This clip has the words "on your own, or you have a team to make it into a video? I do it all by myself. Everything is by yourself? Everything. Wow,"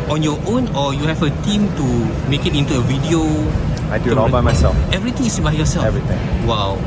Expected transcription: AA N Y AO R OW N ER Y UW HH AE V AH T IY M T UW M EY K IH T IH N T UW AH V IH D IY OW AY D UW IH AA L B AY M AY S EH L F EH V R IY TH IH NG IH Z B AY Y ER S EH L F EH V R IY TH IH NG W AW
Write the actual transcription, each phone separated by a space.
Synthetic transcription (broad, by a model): AA N Y AO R OW N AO Y UW HH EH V AH T IY M T UW M EY K IH T IH N T UW AH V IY D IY OW AY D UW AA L B AY M AY S EH L F EH V R IY T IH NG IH S B AY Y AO S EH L EH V R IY T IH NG W AW